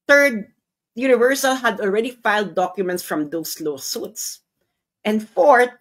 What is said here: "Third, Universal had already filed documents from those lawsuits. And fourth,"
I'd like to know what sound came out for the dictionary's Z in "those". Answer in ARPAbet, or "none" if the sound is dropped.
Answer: S